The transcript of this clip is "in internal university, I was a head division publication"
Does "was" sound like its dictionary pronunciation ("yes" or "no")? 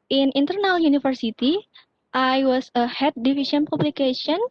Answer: no